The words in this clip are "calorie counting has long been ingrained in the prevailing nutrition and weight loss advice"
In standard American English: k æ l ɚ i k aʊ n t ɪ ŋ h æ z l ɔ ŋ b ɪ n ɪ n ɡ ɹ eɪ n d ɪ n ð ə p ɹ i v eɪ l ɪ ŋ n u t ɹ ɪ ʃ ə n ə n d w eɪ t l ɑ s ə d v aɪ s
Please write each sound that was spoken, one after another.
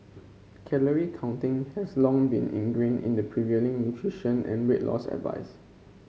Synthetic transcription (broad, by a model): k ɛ l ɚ i k aʊ n t ɪ ŋ h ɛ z l ɔ ŋ b ɪ n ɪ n ɡ ɹ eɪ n ɪ n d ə p ɹ i v eɪ l ɪ ŋ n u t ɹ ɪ ʃ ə n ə n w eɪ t l ɑ s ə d v aɪ s